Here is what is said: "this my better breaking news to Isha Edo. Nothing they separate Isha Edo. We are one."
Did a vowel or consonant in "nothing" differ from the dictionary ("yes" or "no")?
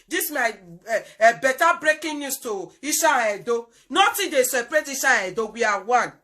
yes